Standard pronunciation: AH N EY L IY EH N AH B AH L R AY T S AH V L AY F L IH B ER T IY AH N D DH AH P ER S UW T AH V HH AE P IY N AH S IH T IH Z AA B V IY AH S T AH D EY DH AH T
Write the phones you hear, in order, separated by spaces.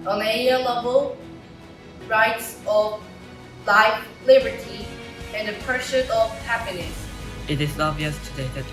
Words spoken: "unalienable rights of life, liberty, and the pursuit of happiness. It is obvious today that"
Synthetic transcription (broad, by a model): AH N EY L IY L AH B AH L R AY T S AH V L AY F L IH B ER T IY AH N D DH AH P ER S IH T AH V HH AE P IY N AH S IH T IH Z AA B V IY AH S T AH D EY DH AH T